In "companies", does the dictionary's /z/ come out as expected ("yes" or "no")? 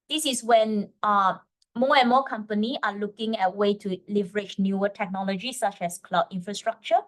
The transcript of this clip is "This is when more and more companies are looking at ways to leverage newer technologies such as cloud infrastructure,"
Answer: no